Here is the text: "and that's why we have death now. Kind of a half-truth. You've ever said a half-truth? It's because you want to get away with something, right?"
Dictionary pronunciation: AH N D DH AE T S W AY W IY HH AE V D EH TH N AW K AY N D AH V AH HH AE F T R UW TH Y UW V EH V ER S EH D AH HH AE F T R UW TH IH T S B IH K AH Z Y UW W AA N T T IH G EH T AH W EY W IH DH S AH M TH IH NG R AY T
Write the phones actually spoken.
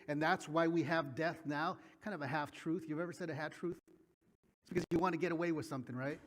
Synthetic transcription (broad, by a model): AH N DH AE T S W AY W IY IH V D EH TH N AW K AY N D AH V AH HH AE F T R UW TH Y UW V EH V ER S EH D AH HH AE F T R UW TH IH T S B IH K AH Z Y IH W AA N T T IH G EH T AH W EY W IH DH S AH M TH IH NG R AY T